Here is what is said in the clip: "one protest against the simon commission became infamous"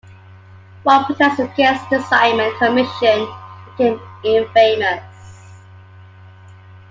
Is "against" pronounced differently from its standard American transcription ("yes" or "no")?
yes